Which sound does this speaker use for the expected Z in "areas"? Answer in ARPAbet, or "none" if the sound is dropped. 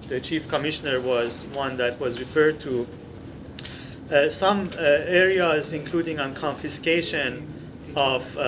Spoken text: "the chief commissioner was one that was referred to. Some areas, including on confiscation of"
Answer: Z